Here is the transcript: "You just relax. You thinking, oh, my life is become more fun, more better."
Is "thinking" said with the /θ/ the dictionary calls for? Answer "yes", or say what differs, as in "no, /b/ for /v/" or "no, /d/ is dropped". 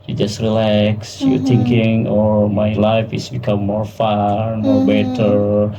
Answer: no, /t/ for /θ/